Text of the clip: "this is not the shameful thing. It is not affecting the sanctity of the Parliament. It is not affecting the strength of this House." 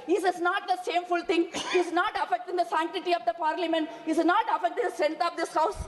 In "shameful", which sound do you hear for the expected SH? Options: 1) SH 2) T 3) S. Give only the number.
3